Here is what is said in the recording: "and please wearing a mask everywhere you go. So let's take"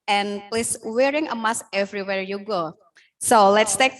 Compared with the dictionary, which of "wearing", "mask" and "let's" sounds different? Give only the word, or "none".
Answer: mask